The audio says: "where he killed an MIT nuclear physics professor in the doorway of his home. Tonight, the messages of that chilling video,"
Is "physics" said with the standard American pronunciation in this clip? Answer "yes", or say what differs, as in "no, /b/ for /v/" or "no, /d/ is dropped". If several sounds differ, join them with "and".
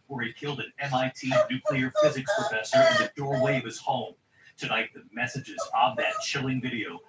yes